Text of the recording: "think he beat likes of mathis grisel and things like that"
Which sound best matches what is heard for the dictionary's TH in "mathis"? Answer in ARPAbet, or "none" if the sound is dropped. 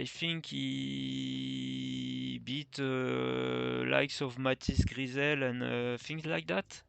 T